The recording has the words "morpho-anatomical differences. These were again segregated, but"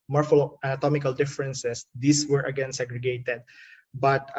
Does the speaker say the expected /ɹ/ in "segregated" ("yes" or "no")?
yes